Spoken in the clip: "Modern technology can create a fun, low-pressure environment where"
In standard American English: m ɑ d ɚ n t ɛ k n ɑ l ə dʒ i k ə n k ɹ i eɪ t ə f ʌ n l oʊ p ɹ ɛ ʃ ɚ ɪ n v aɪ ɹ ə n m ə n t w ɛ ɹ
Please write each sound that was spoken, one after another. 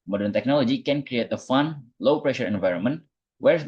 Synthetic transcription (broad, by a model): m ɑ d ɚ n t ɛ k n ɑ l ə dʒ i k ə n k ɹ i eɪ t ə f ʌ n l oʊ p ɹ ɛ ʃ ɚ ɪ n v aɪ ɹ ə n m ə n t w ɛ ɹ